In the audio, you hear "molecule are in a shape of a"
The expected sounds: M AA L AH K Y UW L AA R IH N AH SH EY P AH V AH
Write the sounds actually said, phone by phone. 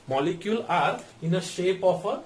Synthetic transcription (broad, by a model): M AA L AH K Y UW L AA R IH N AH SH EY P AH P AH